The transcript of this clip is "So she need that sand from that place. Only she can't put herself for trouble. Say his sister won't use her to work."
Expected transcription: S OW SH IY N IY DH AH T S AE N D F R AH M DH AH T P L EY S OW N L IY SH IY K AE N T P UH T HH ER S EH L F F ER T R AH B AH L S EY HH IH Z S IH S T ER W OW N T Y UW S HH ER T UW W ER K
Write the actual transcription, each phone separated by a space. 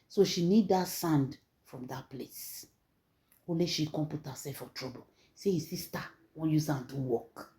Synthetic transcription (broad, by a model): S OW SH IY N IY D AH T S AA N D F R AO M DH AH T P L EY S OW L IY SH IY K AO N P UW T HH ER S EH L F F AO T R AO B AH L S EY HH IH S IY S T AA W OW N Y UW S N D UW W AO K